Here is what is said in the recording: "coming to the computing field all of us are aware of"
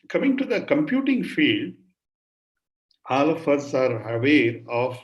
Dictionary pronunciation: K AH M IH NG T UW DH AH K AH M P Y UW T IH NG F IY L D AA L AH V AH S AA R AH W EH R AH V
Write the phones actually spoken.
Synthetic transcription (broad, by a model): K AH M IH NG T UW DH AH K AH M P Y UW T IH NG F IY L D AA L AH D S AA R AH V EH R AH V